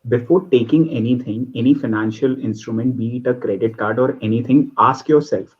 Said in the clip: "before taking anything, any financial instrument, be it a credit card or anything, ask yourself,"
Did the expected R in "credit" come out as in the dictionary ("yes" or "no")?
yes